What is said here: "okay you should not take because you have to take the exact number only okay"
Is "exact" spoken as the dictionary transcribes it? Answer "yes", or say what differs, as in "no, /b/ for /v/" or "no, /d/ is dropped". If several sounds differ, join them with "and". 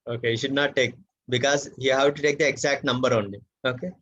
yes